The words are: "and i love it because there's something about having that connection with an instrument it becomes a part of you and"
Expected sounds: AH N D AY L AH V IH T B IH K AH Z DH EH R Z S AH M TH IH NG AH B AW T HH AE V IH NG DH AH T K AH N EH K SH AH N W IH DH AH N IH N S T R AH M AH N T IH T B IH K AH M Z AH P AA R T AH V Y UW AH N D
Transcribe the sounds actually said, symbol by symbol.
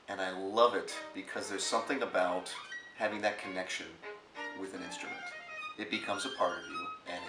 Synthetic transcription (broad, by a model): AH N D AY L AH V IH T B IH K AH Z DH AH R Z S AH M TH IH NG AH B AW T HH AE V IH NG DH AH T K AH N EH K SH AH N W IH DH AH N IH N S T R AH M AH N T IH T B IH K AH M Z AH P AA R T AH V Y UW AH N